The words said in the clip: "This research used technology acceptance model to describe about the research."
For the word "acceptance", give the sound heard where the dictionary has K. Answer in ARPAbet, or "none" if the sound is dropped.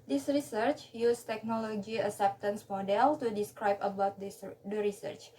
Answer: none